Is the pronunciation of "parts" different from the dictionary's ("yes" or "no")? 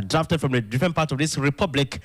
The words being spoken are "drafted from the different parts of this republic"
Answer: yes